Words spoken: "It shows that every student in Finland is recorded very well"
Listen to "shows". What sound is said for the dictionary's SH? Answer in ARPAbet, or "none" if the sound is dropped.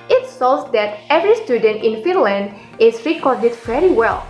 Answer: S